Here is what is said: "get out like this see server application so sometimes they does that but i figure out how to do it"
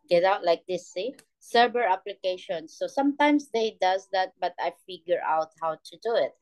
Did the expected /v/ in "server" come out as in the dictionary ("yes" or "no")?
no